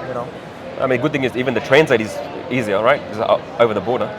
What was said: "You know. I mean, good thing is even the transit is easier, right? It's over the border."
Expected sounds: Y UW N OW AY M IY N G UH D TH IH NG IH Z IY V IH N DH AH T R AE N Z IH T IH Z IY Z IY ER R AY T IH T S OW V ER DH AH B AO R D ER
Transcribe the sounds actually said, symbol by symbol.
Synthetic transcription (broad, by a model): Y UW N OW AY M IY N G UH D TH IH NG IH Z IY V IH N DH AH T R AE N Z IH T IH Z IY Z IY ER R AY T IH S OW V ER DH AH B AO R D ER